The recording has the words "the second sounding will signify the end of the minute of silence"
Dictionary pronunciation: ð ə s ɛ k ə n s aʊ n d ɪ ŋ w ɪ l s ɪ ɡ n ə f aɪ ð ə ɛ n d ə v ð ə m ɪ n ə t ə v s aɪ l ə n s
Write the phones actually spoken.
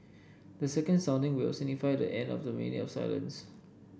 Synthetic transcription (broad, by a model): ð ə s ɛ k ə n s aʊ n d ɪ ŋ w ɪ l s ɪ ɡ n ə f aɪ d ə ɛ n d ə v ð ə m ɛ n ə ə s aɪ l ə n s